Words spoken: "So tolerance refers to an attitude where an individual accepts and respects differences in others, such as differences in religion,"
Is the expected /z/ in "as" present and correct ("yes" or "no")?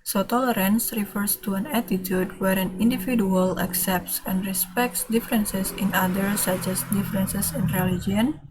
no